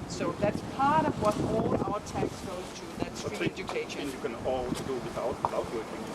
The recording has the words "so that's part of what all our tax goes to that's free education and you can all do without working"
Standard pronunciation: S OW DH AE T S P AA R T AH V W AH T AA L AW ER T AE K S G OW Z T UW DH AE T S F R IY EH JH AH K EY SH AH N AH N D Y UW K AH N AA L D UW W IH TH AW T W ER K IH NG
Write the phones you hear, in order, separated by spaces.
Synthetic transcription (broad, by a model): S OW DH AE T S P AA R T AH V W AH T AA L AW ER T AE K S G OW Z T UW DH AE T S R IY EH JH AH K EY AH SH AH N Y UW K AH N AA L D UW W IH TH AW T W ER K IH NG